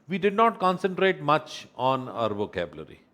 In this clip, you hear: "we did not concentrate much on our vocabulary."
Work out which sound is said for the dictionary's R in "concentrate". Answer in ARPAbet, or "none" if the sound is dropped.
R